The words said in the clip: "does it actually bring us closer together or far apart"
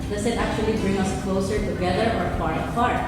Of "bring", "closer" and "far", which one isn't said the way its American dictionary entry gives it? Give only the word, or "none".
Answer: far